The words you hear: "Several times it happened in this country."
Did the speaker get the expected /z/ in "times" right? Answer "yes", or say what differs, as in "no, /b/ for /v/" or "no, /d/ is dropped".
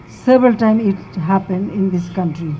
no, /z/ is dropped